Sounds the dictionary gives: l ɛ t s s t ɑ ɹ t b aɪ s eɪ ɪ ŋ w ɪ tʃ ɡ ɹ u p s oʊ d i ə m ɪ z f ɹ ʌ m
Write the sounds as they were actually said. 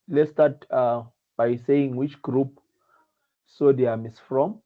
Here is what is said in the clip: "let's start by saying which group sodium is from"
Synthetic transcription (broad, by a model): l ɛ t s s t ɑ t b aɪ s eɪ ɪ ŋ w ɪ tʃ ɡ ɹ u p s oʊ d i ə m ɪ s f ɹ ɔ m